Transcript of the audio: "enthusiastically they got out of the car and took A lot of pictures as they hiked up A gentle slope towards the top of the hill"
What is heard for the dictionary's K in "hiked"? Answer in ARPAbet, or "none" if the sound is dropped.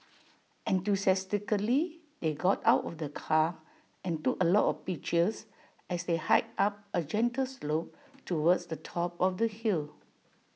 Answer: none